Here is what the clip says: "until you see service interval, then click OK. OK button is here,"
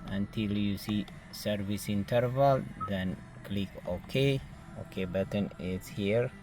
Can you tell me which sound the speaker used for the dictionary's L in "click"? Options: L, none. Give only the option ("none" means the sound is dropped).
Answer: L